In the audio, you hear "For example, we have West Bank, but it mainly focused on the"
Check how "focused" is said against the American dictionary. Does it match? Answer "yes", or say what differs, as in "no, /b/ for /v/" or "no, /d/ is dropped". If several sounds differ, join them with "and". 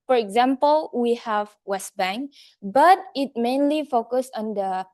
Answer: no, /t/ is dropped